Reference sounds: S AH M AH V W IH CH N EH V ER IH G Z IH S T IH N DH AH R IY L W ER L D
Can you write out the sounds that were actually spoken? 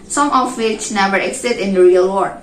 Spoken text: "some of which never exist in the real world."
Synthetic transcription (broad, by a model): S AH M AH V W IH CH N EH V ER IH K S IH T IH N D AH R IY L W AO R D